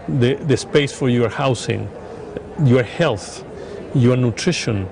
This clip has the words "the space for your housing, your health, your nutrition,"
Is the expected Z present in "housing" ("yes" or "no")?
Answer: no